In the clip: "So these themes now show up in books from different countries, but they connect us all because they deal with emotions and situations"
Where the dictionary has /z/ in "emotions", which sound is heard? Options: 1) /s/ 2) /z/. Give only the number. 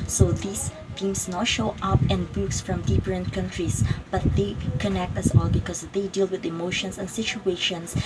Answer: 1